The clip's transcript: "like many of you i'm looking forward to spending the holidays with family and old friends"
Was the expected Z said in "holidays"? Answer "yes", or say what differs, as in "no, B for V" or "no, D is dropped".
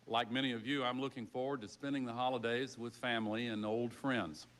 yes